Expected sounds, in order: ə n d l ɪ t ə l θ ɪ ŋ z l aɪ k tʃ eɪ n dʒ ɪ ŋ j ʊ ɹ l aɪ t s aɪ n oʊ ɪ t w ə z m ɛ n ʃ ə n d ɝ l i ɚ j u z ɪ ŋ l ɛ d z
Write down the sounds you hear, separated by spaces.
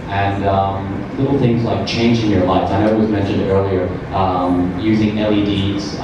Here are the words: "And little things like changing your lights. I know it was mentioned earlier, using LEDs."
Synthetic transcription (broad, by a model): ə n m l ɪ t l θ ɪ ŋ z l aɪ k tʃ eɪ n dʒ ɪ ŋ j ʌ ɹ l aɪ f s aɪ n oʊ ɪ t w ə z m ɛ n ʃ ə n d ɝ l i ɚ j u z ɪ ŋ l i d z